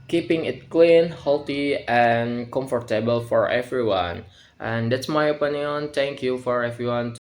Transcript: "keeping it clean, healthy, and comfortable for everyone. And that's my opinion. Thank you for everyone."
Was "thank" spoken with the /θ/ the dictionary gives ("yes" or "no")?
no